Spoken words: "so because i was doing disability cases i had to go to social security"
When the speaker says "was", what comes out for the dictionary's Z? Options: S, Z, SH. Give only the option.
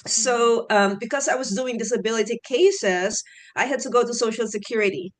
Z